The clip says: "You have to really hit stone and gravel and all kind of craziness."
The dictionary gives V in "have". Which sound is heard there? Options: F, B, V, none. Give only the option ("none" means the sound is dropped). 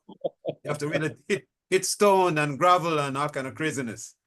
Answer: F